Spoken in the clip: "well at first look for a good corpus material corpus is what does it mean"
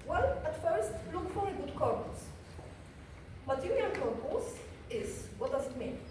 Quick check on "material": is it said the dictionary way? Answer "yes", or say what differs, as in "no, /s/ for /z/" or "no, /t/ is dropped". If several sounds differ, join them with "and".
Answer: no, /n/ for /l/